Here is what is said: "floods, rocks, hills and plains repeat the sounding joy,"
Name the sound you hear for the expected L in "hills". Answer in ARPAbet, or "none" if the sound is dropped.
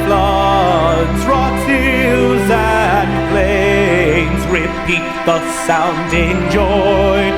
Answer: none